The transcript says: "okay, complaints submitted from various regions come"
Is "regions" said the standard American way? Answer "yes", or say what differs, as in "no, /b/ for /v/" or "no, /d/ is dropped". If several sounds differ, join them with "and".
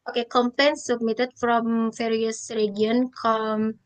no, /z/ is dropped